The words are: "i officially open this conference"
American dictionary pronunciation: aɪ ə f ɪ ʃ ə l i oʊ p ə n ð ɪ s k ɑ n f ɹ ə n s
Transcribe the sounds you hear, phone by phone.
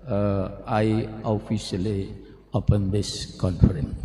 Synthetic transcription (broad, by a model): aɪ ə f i s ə l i oʊ p ə n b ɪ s k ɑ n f ɹ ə n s